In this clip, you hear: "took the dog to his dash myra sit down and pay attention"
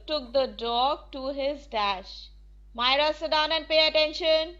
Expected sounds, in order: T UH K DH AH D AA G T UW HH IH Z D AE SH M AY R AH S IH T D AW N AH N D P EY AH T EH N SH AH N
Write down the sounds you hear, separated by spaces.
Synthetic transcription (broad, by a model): T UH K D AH D AA G T UW HH IH Z D AE SH M AY R AH S IH T D AW N AH N D P EY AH T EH N SH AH N